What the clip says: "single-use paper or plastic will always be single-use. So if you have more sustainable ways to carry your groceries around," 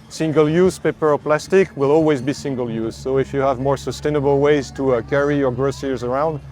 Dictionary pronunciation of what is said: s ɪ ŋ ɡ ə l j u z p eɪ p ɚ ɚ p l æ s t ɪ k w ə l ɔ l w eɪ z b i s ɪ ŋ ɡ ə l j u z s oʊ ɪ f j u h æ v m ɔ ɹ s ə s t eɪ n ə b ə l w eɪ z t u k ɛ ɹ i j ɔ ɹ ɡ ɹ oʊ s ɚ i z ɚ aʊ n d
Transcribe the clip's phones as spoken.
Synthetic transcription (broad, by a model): s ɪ ŋ ɡ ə l j u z p eɪ p ɚ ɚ p l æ s t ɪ k w ə l ɔ l w eɪ z b i s ɪ ŋ ɡ ə l j u z s oʊ ɪ f j u h æ v m ɔ ɹ s ə s t eɪ n ə b ə l w eɪ z t u k ɛ ɹ i j ɔ ɹ ɡ ɹ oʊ s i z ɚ aʊ n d